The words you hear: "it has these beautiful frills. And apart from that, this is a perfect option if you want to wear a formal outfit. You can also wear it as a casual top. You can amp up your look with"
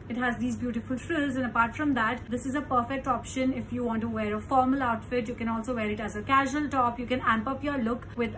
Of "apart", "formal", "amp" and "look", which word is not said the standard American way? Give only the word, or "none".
none